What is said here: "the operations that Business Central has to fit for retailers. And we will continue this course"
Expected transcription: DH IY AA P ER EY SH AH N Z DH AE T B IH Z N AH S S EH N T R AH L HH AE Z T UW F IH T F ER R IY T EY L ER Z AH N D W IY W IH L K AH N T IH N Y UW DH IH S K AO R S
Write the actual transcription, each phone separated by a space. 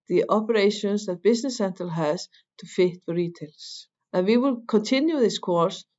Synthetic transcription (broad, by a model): DH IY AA P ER EY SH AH N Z DH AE T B IH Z N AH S S EH N T AH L HH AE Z T UW F IH T F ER R IY T EY L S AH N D W IY W IH L K AH N T IH N Y UW DH IH S K AO R S